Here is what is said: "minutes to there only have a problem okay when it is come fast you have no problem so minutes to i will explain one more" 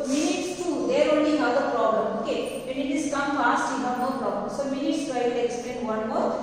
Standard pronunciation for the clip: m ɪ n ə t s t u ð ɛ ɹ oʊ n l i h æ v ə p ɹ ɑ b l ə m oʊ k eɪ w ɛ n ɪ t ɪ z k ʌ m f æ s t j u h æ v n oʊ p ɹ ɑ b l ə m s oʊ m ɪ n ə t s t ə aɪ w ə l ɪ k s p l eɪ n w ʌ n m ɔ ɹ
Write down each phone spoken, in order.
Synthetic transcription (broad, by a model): m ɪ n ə t s t u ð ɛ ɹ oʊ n i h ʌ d ə p ɹ ɑ b l ə m oʊ k eɪ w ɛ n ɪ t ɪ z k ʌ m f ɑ s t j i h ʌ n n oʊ p ɹ ɑ b l ə m s oʊ m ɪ n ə t s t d aɪ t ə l ɪ k s p l eɪ n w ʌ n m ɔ